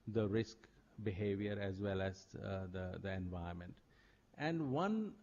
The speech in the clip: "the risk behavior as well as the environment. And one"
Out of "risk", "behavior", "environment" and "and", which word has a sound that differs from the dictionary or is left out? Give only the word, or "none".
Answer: environment